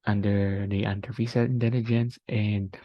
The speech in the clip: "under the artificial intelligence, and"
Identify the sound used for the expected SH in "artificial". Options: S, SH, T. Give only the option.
S